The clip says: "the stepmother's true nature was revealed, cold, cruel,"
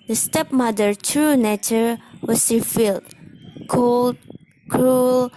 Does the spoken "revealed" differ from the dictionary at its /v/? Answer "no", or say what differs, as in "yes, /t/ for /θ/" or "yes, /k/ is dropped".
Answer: yes, /f/ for /v/